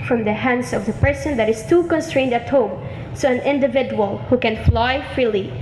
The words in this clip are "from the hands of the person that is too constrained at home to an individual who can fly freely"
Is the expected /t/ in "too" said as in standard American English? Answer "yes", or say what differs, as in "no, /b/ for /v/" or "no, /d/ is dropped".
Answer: yes